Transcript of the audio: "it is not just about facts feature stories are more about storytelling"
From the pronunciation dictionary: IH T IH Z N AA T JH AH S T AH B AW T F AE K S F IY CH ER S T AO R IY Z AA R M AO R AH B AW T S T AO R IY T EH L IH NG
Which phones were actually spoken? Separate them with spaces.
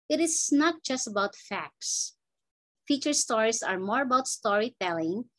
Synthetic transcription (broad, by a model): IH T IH S N AA T JH AH S T AH B AW T F AE K S F IY CH ER S T AO R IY S AA R M AO R AH B AW T S T AO R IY T EH L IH NG